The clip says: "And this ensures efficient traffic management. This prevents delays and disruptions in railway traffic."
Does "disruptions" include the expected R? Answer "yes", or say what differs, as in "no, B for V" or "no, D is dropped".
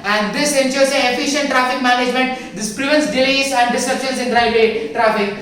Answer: no, R is dropped